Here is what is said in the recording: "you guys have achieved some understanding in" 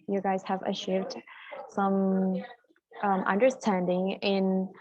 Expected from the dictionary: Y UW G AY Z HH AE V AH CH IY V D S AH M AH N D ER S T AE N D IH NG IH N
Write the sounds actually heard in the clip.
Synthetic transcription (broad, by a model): Y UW G AY Z HH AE V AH SH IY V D S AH M AH N D ER S T AE N D IH NG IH N